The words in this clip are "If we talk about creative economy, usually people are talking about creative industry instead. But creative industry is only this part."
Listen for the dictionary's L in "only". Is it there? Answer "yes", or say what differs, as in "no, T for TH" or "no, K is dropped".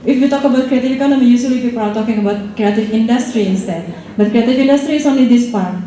no, L is dropped